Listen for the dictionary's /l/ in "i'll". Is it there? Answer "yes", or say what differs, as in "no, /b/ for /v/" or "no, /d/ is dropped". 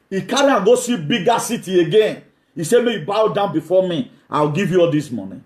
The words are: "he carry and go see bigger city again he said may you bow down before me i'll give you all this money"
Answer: no, /w/ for /l/